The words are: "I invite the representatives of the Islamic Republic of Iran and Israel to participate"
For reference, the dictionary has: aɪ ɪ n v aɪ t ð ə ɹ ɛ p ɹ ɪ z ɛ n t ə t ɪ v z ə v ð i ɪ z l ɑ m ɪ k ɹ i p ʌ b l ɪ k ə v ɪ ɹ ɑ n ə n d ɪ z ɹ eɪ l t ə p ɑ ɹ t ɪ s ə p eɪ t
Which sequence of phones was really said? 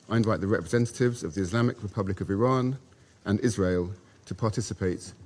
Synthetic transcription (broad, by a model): aɪ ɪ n v aɪ t ð ə ɹ ɛ p ɹ ɪ z ɛ n t ə t ɪ v z ə v ð i ɪ z l ɑ m ɪ k ɹ i p ʌ b l ɪ k ə v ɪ ɹ ɑ n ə n ɪ z ɹ eɪ l t ə p ɑ t ɪ s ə p eɪ t